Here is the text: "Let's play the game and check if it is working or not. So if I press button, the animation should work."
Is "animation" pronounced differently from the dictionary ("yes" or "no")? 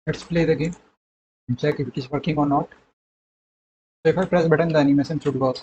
yes